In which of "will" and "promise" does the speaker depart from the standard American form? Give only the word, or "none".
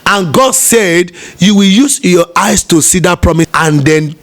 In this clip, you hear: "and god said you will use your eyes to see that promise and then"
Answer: none